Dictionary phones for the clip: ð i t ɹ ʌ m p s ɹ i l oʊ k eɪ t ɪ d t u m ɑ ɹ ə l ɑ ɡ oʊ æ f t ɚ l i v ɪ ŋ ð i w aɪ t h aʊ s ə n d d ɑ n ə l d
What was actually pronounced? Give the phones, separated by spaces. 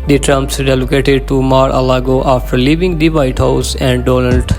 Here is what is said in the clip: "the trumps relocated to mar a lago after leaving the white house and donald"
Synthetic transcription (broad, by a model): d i t ɹ ʌ m p s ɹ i l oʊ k eɪ t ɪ d t u m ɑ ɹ ə l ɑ ɡ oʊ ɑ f t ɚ l i v ɪ ŋ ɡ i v aɪ t h aʊ s ə n d d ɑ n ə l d